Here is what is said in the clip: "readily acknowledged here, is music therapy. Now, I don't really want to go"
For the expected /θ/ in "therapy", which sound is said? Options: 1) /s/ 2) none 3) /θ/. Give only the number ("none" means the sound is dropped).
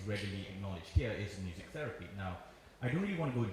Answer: 3